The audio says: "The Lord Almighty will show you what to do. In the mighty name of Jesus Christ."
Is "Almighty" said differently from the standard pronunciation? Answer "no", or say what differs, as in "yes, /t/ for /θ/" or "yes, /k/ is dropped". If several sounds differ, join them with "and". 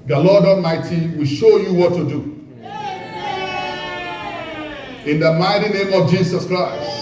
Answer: yes, /l/ is dropped